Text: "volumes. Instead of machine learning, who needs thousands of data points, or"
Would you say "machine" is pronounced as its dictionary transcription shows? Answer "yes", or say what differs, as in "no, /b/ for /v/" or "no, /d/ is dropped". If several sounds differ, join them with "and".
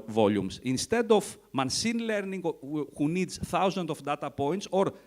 no, /s/ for /ʃ/